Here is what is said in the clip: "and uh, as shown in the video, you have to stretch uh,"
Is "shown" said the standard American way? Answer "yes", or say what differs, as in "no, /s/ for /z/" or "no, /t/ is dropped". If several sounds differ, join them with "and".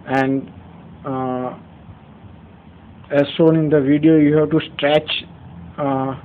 no, /s/ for /ʃ/